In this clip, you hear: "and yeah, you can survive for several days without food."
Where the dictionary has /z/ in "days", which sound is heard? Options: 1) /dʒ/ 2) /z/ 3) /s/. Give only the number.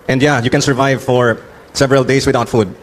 3